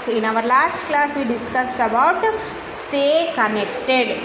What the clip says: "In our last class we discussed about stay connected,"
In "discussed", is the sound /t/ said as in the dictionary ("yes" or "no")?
yes